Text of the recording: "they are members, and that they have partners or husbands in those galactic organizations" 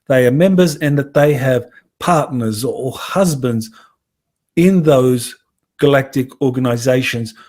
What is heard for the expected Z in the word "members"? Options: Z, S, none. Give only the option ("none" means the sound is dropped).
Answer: Z